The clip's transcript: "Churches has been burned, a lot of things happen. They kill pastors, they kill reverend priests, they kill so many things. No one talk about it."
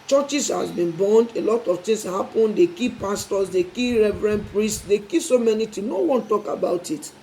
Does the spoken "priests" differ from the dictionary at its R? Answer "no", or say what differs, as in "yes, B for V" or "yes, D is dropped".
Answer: no